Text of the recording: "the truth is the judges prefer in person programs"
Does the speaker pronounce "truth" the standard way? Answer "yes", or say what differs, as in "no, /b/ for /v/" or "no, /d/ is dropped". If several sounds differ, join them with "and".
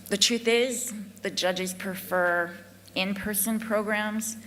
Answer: yes